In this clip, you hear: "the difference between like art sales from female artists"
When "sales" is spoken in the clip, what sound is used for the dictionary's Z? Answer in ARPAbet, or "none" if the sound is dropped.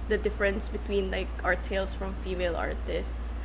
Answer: S